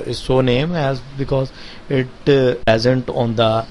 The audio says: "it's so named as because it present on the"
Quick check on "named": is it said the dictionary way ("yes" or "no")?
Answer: no